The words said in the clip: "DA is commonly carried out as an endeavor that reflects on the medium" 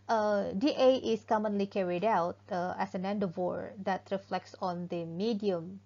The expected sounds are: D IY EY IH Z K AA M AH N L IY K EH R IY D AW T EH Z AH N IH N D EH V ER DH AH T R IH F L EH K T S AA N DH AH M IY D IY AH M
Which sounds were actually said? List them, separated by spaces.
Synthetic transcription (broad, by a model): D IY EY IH S K AA M AH N L IY K EH R IY D AW T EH S AH N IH N D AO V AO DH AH T R IH F L EH K T S AA N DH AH M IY D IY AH M